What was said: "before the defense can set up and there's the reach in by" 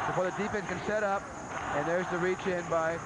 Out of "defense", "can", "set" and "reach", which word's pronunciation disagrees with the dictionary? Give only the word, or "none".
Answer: defense